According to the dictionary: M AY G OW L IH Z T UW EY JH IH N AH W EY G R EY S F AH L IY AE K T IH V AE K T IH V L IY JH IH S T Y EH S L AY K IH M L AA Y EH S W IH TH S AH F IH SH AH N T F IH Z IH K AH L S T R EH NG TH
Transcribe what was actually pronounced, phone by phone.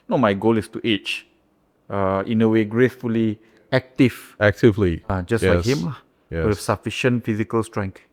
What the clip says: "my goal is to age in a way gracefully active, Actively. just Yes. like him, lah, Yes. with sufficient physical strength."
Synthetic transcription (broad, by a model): M AY G OW L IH S T UW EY CH IH N AH W EY G R EY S F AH L IY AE K T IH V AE K T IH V L IY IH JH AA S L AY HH IH M L AA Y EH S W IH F S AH F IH SH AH N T F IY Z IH K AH L S T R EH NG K